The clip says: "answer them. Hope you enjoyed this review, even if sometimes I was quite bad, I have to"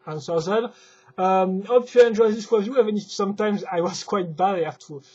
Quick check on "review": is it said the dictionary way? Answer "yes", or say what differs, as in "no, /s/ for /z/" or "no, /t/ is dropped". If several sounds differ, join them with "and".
no, /w/ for /ɹ/